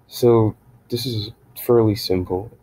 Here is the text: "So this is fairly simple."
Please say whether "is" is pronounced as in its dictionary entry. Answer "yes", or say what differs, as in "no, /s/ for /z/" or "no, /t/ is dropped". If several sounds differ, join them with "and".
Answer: yes